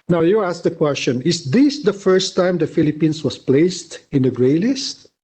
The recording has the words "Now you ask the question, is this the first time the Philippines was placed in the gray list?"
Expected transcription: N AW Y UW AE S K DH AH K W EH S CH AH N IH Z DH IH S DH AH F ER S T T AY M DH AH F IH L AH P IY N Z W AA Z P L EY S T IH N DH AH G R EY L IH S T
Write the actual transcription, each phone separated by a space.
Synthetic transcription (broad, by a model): N AW Y UW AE S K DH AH K W EH S CH AH N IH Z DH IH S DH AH F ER S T T AY M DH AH F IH L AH P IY N S W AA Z P L EY S T IH N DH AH G R EY L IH S T